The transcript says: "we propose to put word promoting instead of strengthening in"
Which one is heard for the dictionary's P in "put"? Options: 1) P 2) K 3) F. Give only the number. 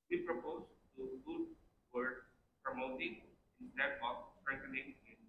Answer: 3